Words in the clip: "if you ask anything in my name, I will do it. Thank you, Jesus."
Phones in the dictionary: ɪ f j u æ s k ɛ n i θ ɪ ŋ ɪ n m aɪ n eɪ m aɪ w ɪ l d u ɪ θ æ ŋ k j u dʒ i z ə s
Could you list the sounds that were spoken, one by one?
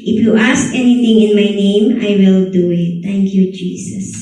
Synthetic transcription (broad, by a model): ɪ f j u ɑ s k ɛ n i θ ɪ ŋ ɪ n m aɪ n eɪ m aɪ w ɪ l d u ɪ t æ ŋ k j u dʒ i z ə s